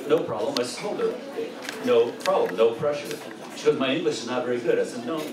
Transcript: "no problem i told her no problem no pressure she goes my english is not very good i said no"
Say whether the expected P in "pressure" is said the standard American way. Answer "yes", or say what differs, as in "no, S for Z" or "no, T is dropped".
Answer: yes